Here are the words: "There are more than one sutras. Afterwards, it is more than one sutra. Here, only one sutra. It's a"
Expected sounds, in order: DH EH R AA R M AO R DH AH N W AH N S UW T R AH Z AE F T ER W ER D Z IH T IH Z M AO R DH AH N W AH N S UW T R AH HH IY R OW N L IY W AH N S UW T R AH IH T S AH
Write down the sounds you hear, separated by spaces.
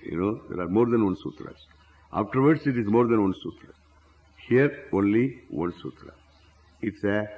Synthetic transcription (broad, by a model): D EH R AA R M AO R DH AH N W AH N S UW T R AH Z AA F T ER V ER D S IH T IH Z M AO R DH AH N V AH N S UW T R AH HH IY R OW N L IY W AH N S UW T R AH IH T S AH